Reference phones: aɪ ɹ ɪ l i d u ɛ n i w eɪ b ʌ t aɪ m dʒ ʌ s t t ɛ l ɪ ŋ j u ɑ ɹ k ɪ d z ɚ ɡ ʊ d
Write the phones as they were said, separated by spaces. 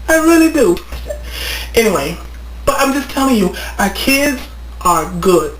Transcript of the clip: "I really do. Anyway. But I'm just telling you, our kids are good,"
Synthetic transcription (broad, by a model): aɪ ɹ ɪ l i d u ɛ n i w eɪ b ʌ t aɪ m dʒ ʌ s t t ɛ l ɪ ŋ j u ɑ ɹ k ɪ d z ɚ ɡ ʊ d